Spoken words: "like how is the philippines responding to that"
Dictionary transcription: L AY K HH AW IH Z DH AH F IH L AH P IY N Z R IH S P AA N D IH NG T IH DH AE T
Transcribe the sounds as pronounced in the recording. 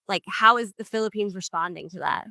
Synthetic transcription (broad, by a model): L AY K HH AW IH Z DH AH F IH L AH P IY N Z R IH S P AA N D IH NG T IH DH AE T